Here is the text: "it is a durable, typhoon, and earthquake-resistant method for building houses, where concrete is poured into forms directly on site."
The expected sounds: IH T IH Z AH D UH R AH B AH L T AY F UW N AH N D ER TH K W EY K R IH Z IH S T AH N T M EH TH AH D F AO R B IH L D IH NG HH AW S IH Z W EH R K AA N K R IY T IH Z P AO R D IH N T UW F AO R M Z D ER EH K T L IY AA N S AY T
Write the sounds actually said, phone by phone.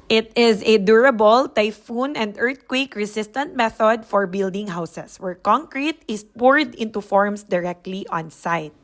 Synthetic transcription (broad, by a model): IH T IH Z AH D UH R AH B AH L T AY F UW N AH N D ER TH K W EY K R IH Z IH S T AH N T M EH TH AH D F AO R B IH L D IH NG HH AW S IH S W EH R K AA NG K R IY T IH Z P AO R D IH N T UW F AO R M S D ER EH K T L IY AA N S AY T